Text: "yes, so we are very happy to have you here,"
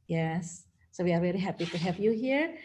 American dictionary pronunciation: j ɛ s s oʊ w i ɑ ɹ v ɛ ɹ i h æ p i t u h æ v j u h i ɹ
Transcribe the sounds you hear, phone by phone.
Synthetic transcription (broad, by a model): j ɛ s s oʊ w i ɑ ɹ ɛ l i h æ p i t u h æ v j u h i ɹ